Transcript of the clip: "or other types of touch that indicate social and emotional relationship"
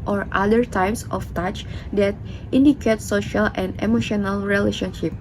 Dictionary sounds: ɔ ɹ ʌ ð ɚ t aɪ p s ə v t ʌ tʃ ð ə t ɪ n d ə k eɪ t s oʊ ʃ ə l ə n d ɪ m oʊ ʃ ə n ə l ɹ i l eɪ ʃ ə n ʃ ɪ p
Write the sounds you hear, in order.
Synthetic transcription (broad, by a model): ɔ ɹ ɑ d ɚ t aɪ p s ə f t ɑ tʃ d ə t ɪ n d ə k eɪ t s oʊ ʃ ə l ə n d ɪ m oʊ ʃ ə n ə l ɹ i l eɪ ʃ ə n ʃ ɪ p